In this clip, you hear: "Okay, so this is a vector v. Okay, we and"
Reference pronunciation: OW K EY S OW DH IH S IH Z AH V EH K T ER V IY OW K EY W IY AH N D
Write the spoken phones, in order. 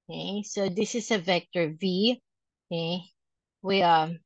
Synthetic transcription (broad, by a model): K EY S OW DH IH S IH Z AH V EH K T ER V IY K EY W IY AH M